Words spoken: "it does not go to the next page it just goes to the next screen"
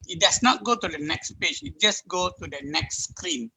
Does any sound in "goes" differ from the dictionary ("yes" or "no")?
yes